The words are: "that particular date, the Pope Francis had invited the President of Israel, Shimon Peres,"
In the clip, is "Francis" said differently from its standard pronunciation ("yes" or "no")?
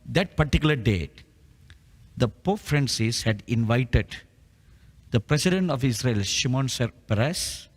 no